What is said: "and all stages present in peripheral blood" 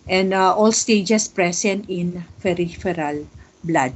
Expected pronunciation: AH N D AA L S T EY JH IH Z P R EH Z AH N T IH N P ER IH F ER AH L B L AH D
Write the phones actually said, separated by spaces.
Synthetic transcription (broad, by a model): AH N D AA L S T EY JH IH S P R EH S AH N T IH N F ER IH F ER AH L B L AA D